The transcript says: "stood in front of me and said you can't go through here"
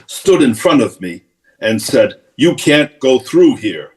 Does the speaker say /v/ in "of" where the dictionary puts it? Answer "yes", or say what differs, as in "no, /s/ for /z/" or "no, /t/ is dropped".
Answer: yes